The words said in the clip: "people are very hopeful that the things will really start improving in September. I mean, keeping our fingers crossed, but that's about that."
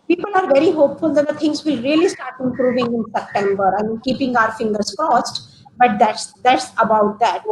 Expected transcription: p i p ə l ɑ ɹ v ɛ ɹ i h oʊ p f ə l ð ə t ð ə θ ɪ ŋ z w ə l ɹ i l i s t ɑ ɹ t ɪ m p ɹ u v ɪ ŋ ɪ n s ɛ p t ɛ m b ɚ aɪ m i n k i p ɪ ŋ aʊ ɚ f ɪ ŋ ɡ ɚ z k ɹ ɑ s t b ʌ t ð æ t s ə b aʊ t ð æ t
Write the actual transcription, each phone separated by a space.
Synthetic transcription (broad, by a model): p i p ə l ɑ ɹ v ɛ ɹ i h oʊ p f ə l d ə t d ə t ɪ ŋ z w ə ɹ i l i s t ɑ ɹ t ɪ m p ɹ u v ɪ ŋ ɪ n s ɛ p t ɛ m b ɚ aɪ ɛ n k i p ɪ ŋ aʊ ɚ f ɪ ŋ ɡ ɚ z k ɑ s t b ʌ t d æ t s ə b aʊ t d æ t